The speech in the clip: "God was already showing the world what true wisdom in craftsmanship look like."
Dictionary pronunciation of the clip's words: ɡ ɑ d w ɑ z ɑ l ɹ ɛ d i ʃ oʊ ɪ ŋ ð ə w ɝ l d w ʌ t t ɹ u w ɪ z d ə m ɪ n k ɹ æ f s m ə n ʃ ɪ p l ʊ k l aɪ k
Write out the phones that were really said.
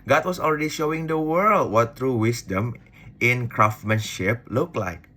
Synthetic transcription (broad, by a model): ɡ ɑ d w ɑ s ɑ l ɹ ɛ d i ʃ oʊ ɪ ŋ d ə w ɝ l d w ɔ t t ɹ u w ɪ s d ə m ɪ n k ɹ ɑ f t m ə n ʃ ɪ p l ʊ k l aɪ k